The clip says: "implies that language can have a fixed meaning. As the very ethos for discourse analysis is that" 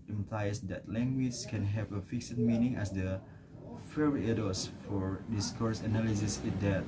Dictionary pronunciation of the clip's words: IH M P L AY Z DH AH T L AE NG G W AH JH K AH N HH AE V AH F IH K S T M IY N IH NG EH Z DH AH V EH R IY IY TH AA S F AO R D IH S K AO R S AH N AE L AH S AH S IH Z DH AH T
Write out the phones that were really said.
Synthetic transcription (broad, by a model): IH M P L AY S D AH T L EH NG G W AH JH K AH N HH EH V AH F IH K S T M IY N IH NG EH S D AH F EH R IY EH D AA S F AO R D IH S K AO R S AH N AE L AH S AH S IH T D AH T